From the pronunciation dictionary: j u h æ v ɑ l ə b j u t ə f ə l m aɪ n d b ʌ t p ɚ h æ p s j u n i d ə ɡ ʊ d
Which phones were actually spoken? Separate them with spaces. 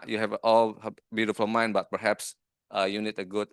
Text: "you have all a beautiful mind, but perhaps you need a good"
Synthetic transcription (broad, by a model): j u h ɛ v ɑ l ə b j u t ə f ə l m aɪ n b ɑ t p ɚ h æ p s j u n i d ə ɡ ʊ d